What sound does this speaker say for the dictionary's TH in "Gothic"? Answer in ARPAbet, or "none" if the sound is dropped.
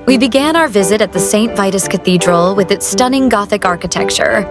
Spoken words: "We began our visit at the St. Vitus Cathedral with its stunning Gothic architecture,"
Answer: TH